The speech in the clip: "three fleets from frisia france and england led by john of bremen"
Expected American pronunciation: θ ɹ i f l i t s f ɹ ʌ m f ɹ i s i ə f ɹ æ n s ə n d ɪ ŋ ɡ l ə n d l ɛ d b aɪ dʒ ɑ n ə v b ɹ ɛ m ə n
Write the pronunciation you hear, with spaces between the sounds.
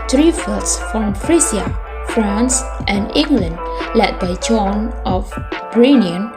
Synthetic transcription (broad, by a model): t ɹ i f i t s f ɹ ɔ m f ɹ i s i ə f ɹ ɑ n s ə n d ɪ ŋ ɡ l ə n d l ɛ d b aɪ dʒ ɑ n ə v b ɹ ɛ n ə n